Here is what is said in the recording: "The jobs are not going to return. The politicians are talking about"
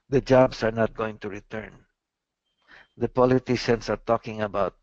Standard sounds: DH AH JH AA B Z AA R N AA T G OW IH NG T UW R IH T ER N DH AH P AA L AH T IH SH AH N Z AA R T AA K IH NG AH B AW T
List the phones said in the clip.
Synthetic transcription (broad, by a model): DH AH JH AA B S AA R N AA T G OW IH NG T UW R IH T ER N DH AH P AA L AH T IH SH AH N S AA R T AA K IH NG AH B AW T